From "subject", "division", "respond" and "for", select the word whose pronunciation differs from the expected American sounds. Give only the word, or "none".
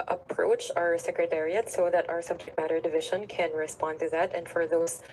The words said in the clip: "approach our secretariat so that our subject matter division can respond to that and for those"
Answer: none